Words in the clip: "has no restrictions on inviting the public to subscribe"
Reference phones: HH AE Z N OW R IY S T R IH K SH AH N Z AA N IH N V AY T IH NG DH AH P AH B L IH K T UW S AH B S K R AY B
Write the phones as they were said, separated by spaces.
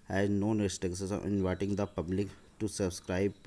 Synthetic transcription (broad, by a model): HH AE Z N OW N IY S T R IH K S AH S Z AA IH N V AY T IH NG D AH P AH B L IH K T UW S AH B S K R AY B